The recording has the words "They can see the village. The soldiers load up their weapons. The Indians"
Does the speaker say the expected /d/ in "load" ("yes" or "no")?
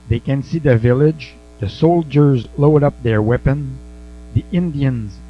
yes